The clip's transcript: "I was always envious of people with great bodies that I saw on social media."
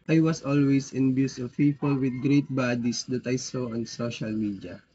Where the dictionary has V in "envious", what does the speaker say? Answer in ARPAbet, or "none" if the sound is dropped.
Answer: B